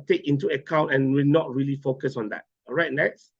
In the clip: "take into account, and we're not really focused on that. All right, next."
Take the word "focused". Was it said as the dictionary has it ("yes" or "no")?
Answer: no